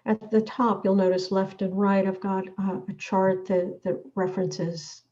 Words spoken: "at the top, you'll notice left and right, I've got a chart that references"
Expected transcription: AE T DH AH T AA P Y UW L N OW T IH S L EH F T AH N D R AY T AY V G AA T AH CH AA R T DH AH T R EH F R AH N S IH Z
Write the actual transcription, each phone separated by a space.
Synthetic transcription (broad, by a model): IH T DH AH T AA P Y UW L N OW T IH S L EH F T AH N R AY T AY V G AA T AH CH AA R T DH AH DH R EH F R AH N S IH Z